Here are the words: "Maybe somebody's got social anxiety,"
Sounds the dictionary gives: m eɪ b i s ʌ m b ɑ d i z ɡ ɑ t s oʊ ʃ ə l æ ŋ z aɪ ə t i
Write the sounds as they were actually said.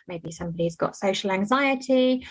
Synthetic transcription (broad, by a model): m eɪ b i s ʌ m b ɑ d i z ɡ ɑ t s oʊ ʃ ə l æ ŋ z aɪ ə t i